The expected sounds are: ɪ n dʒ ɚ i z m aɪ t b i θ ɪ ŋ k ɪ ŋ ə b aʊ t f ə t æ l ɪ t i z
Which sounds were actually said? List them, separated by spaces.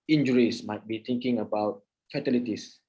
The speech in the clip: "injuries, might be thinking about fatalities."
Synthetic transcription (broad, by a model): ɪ n dʒ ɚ i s m aɪ t b i t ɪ ŋ k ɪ ŋ ə b aʊ t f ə t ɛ l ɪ t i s